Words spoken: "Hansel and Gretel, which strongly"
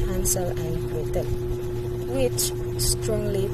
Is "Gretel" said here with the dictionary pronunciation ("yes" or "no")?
no